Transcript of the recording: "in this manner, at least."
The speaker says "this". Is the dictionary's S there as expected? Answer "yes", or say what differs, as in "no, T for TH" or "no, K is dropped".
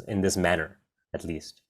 yes